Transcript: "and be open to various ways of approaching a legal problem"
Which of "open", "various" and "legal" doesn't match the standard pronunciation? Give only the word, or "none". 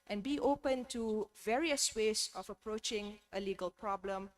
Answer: none